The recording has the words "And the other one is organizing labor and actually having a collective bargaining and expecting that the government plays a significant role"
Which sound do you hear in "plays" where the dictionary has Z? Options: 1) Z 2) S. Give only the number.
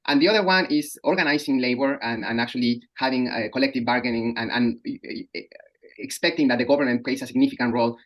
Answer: 2